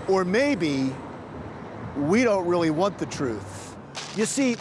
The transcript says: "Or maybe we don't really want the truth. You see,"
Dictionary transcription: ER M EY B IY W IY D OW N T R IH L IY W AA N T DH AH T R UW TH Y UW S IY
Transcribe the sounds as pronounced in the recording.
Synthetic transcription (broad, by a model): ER M EY B IY W IY D OW N T R IH L IY W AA N DH AH T R UW TH Y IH S IY